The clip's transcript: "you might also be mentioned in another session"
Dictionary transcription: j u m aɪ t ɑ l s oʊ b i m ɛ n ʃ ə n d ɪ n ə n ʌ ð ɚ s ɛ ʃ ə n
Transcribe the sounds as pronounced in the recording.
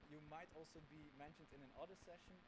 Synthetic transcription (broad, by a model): j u m aɪ t ɑ l s oʊ b i m ɛ n ʃ ə n d ɪ n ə n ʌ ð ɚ s ɛ ʃ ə n